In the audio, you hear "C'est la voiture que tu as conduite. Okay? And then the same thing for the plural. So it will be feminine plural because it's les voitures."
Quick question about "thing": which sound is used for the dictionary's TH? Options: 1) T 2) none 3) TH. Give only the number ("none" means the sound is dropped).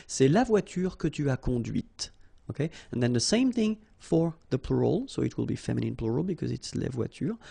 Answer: 3